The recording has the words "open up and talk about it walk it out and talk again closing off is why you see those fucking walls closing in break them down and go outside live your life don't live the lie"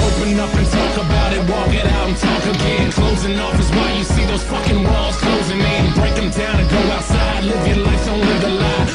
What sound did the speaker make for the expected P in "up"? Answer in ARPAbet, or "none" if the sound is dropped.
F